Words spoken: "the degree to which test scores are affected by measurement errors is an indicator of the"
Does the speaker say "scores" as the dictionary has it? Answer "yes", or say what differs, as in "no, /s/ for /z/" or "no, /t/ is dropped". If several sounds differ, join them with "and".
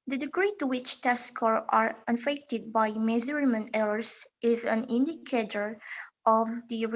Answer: no, /z/ is dropped